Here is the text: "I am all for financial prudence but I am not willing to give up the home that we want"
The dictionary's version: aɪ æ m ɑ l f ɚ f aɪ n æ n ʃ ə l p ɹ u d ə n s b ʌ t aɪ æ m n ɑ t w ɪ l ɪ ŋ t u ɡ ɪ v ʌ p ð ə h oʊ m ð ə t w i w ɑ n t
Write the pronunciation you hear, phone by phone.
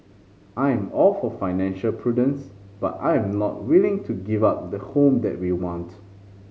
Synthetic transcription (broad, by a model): aɪ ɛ m ɑ l f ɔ f aɪ n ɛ n ʃ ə l p ɹ u d ə n s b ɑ t aɪ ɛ m n ɑ t w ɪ l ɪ ŋ t u ɡ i v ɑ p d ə h oʊ m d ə t w i w ɑ n t